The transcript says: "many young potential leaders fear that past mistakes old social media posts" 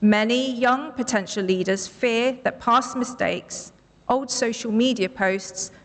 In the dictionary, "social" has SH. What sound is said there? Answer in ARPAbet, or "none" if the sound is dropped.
SH